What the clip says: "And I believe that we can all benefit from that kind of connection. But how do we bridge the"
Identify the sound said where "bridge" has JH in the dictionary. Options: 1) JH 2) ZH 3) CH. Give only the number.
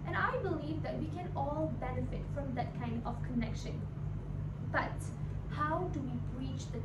3